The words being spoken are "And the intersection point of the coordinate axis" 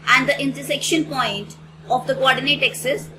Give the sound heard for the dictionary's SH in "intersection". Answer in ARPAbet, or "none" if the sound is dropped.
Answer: SH